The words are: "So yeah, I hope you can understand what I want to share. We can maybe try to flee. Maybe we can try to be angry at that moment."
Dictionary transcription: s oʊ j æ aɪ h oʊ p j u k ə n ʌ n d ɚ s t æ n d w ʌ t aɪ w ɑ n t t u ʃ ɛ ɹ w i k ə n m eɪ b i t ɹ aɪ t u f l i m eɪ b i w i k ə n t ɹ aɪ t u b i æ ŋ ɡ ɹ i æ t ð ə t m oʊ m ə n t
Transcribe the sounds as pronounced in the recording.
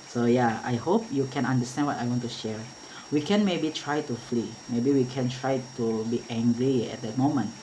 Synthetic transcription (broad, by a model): s oʊ j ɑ aɪ h oʊ p j u k ə n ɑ n d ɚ s t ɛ n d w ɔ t aɪ w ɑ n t t u ʃ ɛ ɹ w i k ə n m eɪ b i t ɹ aɪ t u f l i m eɪ b i w i k ə n t ɹ aɪ t u b i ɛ ŋ ɡ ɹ i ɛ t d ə t m oʊ m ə n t